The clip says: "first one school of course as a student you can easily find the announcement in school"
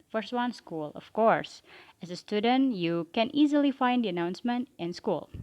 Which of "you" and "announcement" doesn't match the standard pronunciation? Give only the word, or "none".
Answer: none